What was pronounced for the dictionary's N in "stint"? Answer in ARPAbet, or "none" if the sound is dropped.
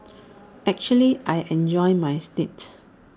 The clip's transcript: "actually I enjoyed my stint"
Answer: none